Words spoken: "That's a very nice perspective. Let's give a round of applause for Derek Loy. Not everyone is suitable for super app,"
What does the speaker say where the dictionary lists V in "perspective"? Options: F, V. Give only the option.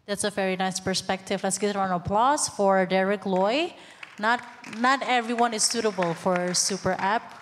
V